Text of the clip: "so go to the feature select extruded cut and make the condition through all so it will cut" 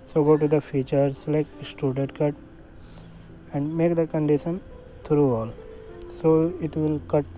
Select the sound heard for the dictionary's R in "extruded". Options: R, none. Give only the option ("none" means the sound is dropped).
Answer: none